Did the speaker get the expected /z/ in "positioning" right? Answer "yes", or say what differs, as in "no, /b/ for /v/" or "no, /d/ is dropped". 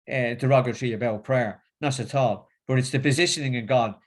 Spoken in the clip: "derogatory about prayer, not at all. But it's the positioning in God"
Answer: yes